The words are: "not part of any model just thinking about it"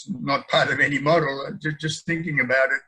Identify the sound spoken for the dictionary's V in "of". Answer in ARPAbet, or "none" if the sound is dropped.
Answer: V